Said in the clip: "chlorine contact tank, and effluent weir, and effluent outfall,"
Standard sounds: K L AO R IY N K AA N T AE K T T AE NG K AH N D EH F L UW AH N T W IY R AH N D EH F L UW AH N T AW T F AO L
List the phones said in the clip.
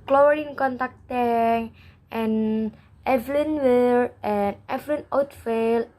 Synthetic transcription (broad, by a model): K L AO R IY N K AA N T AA K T T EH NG AH N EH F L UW N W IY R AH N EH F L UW N AW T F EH L